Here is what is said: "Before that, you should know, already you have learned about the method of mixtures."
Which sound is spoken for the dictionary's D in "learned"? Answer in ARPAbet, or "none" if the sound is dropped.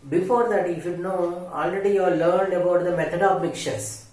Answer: D